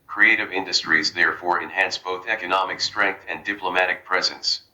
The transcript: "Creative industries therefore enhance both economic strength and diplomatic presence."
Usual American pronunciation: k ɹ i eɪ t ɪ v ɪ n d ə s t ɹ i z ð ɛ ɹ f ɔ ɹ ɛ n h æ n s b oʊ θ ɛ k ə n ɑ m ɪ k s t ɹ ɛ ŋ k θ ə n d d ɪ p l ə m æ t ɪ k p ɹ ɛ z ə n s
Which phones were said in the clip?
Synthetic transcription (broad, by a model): k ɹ i eɪ t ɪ v ɪ n d ə s t ɹ i z ð ɛ ɹ f ɔ ɹ ɛ n h æ n s b oʊ θ ɛ k ə n ɑ m ɪ k s t ɹ ɛ ŋ k θ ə n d d ɪ p l ə m æ t ɪ k p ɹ ɛ z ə n s